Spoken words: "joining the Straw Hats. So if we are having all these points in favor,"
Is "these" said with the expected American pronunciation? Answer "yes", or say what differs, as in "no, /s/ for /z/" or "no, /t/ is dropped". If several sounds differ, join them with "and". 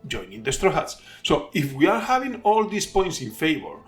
no, /s/ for /z/